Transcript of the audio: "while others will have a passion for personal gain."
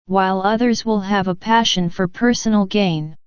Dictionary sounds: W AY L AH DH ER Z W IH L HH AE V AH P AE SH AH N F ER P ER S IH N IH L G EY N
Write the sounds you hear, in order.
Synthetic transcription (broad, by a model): W AY L AH DH ER Z W IH L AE V AH P AE SH AH N F ER P ER S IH N L G EY N